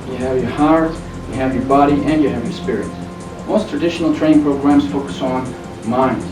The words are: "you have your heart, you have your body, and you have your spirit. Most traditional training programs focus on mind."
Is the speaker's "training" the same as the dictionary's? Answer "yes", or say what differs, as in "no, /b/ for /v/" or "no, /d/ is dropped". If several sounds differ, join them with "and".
no, /n/ is dropped